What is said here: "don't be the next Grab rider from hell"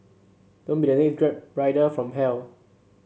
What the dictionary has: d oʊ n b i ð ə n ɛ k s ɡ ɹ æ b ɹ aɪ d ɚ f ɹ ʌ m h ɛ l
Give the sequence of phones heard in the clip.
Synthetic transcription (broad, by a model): d oʊ n b i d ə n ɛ s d ɹ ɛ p ɹ aɪ d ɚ f ɹ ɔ m h ɛ l